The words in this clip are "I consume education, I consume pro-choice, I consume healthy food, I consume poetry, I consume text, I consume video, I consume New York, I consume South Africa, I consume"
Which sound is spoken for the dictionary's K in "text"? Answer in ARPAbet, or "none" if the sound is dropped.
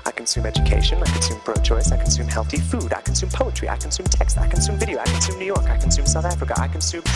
K